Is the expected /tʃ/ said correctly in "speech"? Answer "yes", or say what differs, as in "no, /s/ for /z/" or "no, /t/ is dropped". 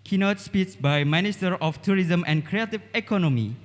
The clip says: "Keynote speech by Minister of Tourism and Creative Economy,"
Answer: no, /s/ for /tʃ/